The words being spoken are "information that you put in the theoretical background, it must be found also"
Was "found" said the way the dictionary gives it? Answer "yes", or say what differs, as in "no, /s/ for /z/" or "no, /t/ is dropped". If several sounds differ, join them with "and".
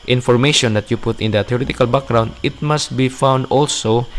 yes